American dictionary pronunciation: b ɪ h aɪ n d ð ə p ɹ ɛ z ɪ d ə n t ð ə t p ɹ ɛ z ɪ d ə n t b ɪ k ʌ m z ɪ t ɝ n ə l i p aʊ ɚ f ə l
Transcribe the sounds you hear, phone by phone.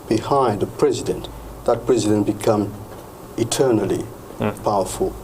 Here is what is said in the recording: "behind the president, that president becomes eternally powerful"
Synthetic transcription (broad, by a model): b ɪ h aɪ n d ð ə p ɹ ɛ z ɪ d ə n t ð ə t p ɹ ɛ z ɪ d ə n t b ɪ k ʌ m ɪ t ɝ n ə l i p aʊ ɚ f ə l